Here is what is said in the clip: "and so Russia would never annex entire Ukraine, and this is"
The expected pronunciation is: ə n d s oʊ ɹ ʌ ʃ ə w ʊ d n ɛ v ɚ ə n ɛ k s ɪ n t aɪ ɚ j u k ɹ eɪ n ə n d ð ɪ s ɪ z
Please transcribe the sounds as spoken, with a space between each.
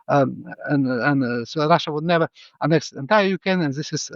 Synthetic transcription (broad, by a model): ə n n s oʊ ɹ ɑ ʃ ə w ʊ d n ɛ v ɚ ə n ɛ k s ɪ n t aɪ ɚ j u k eɪ n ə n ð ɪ s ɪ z